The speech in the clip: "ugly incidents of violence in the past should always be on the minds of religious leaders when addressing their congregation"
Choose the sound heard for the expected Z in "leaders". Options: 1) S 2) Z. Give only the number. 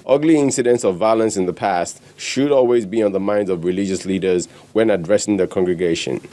2